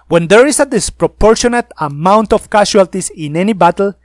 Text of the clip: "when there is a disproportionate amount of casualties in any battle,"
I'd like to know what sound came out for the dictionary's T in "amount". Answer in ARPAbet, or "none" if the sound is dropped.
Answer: T